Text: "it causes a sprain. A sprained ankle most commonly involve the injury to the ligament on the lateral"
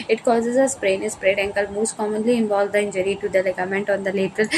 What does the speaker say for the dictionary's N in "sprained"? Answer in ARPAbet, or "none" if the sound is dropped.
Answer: none